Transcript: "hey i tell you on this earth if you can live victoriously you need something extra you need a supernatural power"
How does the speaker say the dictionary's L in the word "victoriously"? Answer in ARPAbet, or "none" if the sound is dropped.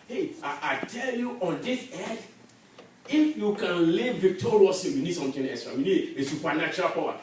none